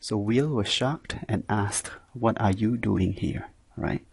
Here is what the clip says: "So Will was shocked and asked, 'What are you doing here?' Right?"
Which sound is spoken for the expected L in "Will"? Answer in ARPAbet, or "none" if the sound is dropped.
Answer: L